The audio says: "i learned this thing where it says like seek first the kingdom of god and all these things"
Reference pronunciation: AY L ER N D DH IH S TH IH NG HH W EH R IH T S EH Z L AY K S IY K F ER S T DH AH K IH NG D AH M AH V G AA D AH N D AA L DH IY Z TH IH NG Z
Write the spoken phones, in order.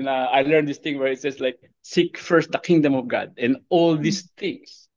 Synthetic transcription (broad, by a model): AY L ER N D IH S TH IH NG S W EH R IH T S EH S L AY K S IY K F ER S T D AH K IH NG D AH M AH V G AA D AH N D AA L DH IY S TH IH NG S